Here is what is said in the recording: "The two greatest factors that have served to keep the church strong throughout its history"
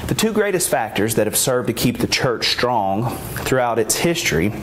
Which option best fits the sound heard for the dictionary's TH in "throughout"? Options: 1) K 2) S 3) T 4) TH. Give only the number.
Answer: 4